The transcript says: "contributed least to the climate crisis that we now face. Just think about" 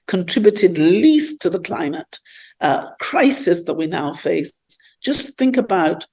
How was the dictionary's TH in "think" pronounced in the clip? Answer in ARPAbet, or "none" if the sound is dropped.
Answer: TH